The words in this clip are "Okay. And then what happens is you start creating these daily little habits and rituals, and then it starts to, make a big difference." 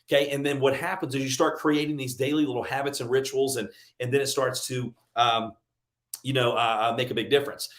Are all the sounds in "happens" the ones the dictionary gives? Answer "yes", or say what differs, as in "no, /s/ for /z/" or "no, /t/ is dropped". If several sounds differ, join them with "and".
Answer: yes